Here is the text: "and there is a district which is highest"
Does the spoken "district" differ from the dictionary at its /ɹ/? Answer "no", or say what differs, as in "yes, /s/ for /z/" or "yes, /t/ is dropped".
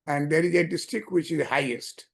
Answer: yes, /ɹ/ is dropped